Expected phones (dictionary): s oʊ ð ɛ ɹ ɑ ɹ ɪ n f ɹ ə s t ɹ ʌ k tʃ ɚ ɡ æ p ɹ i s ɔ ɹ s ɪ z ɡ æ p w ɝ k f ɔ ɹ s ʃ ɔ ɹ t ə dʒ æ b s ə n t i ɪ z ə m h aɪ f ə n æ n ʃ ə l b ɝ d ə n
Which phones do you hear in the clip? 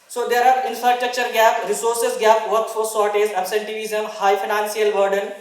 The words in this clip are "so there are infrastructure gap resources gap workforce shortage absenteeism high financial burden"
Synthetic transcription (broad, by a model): s oʊ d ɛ ɹ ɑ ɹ ɪ n f ɹ ə s t ɹ ʌ k tʃ ɚ ɡ æ p ɹ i s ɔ ɹ s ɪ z ɡ æ p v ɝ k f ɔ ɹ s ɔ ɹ t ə z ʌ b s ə n t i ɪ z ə m h aɪ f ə n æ n s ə l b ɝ d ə n